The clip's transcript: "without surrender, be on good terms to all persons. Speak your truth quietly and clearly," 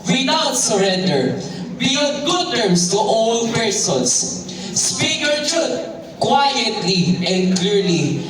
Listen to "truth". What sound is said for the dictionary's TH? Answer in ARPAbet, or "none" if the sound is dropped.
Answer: T